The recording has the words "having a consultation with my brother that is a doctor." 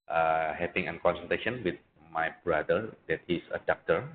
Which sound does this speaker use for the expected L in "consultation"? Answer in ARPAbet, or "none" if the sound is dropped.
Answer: N